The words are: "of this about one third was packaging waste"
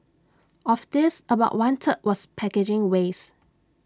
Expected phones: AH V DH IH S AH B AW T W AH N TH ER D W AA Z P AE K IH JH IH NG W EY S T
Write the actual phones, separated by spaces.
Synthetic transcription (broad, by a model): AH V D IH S AH B AW T W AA N T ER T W AA S P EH K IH JH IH NG W EY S